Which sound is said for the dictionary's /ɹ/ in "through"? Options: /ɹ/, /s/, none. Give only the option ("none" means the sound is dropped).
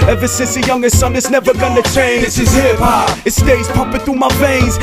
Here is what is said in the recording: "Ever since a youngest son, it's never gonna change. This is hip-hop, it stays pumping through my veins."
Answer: none